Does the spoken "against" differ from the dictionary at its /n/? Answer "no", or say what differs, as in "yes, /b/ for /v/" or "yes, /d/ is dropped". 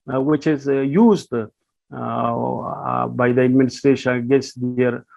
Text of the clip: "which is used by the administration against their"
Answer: yes, /n/ is dropped